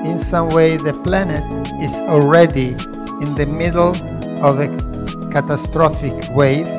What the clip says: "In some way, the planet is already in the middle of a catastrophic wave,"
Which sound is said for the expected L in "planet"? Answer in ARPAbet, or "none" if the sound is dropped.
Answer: L